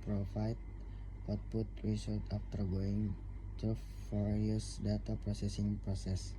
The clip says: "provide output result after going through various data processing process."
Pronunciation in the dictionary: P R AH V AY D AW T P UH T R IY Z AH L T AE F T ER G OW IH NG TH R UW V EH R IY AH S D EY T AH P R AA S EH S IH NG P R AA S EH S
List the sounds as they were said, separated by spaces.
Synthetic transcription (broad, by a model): P R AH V AY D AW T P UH T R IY S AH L T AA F T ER G OW IH NG T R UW F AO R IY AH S D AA T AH P R AA S EH S IH NG P R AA S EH S